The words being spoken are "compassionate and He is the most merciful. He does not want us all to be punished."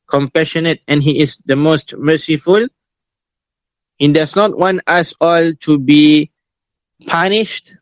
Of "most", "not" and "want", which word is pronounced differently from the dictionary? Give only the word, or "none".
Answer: none